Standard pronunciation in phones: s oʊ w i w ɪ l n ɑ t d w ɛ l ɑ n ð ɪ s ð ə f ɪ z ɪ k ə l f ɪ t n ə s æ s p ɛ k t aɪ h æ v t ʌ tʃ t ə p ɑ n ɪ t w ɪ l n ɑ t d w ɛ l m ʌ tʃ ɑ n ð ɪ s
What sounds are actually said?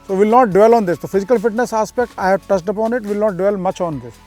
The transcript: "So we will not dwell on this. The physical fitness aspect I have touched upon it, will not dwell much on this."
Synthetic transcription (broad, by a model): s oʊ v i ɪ l n ɑ t d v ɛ l ɑ n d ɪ s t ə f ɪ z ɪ k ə l f ɪ t n ə s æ s p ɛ k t aɪ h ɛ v t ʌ s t ə p ɑ n ɪ t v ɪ l n ɑ t d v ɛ l m ʌ tʃ ɑ n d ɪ s